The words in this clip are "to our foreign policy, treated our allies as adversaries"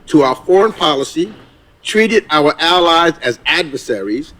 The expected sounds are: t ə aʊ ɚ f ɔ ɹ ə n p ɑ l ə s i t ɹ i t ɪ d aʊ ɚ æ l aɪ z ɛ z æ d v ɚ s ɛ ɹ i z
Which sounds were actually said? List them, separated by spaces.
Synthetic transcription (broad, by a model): t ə aʊ ɚ f ɔ ɹ ə n p ɑ l ə s i t ɹ i t ɪ d aʊ ɚ æ l aɪ z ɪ z æ d v ɚ s ɛ ɹ i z